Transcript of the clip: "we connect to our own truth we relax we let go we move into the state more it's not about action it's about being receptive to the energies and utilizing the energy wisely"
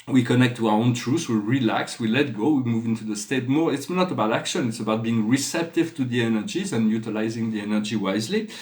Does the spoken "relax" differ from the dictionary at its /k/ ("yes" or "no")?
no